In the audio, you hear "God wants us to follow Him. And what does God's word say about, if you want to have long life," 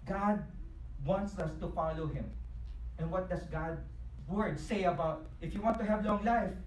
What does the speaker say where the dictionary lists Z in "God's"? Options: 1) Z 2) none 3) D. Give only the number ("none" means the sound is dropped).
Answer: 2